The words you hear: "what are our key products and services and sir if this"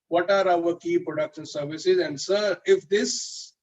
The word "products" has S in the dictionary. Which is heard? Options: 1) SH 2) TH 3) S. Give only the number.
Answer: 1